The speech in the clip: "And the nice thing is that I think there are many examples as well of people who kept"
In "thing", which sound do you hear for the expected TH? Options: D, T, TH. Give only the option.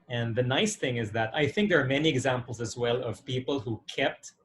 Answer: TH